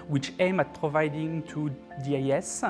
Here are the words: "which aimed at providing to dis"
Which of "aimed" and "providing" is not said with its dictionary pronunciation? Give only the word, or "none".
aimed